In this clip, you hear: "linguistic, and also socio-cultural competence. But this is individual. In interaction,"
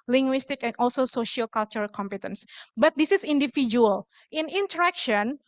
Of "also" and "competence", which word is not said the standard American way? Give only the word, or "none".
none